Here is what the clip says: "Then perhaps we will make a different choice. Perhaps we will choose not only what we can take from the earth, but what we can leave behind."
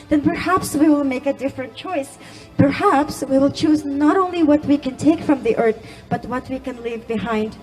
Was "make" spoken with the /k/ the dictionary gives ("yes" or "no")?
yes